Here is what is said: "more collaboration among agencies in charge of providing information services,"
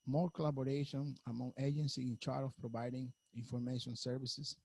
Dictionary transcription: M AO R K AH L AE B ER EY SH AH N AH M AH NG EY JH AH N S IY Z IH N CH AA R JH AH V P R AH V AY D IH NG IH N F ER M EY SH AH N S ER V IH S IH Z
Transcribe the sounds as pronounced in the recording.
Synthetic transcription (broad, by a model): M AO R K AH L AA B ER EY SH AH N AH M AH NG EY JH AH N S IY IH N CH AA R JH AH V P R AH V AY D IH NG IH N F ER M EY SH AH N S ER V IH S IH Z